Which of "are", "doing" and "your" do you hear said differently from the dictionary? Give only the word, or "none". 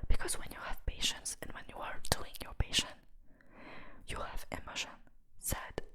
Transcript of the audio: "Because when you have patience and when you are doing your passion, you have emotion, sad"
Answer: none